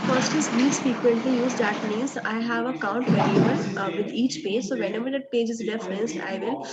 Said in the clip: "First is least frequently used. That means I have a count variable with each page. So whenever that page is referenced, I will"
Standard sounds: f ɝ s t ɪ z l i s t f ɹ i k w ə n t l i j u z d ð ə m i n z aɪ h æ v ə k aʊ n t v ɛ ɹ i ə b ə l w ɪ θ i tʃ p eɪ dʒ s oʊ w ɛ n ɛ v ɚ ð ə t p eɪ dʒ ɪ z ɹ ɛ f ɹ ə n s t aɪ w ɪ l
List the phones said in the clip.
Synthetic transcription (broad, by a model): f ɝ s t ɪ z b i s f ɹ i k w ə n t l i j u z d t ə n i z aɪ h æ v ə k aʊ n t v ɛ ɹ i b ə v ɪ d i tʃ p eɪ dʒ s oʊ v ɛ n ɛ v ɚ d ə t p eɪ dʒ ɪ z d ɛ f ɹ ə n s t aɪ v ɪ l